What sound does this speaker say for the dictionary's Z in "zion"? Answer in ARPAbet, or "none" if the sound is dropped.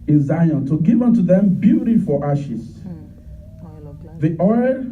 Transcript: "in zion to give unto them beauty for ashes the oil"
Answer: Z